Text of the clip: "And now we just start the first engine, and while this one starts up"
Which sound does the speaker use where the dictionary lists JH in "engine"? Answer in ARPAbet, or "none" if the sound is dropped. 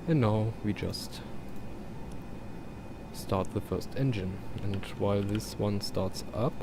JH